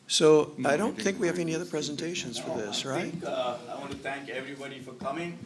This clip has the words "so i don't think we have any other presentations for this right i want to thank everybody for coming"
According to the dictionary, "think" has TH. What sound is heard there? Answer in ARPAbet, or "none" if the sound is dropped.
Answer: TH